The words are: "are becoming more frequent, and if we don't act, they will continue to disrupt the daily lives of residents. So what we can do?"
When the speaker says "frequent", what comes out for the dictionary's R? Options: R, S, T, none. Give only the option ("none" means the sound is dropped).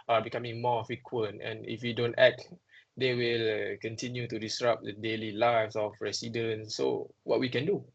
none